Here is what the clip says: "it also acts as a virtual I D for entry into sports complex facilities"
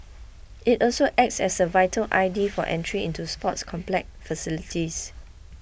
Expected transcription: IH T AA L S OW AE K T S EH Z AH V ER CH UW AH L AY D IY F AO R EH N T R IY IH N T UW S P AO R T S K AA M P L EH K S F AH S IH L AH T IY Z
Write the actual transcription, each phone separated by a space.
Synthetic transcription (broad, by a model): IH T AA L S OW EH K T S EH S AH V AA UW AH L AY D IY F AO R EH N T R IY IH N T UW S P AO T S K AA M P L EH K F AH S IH L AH T IY S